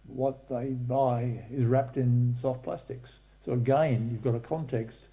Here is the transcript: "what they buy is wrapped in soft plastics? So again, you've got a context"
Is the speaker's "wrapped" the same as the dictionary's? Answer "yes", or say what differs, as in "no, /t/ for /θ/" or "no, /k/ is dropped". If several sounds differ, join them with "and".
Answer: yes